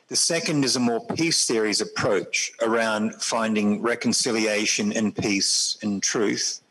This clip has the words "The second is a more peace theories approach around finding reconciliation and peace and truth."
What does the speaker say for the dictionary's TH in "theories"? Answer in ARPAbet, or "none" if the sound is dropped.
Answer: TH